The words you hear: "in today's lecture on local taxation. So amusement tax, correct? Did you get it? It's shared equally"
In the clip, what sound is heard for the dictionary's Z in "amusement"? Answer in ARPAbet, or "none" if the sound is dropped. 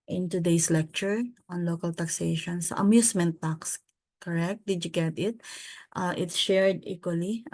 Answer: S